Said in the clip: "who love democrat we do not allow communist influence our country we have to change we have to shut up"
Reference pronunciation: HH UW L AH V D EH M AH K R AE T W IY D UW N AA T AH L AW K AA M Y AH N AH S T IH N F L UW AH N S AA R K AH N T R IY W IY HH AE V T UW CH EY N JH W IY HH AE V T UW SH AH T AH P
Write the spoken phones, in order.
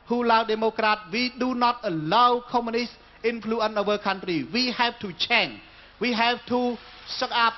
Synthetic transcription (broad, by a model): HH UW L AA W D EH M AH K R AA T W IY D UW N AA T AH L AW K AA M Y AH N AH S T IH N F L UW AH N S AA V K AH N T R IY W IY HH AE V T UW CH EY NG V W IY HH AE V T UW S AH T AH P